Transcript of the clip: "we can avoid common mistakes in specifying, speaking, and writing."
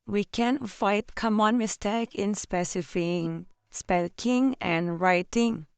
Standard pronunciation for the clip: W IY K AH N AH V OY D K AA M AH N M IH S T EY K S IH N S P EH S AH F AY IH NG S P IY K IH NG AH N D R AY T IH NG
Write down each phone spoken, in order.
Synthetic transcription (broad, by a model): W IY K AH N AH IH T K AA M AH N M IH S T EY K IH N S P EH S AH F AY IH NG S P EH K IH NG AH N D R AY T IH NG